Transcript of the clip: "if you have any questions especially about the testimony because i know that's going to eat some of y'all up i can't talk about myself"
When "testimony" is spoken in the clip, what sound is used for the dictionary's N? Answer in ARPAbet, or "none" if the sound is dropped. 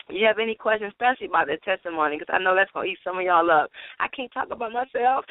none